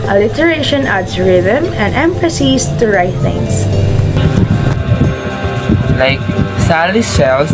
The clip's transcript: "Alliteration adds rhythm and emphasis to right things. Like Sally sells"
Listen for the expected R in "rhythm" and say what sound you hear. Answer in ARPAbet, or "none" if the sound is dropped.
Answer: R